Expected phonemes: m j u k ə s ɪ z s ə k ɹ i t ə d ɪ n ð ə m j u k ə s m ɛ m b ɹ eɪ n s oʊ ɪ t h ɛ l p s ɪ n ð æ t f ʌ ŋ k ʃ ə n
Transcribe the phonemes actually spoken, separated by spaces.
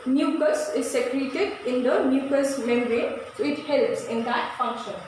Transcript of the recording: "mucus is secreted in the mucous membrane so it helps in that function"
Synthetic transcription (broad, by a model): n j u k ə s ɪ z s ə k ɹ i t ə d ɪ n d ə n j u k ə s m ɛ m ɹ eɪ s oʊ ɪ t h ɛ l p s ɪ n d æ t f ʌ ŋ k ʃ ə n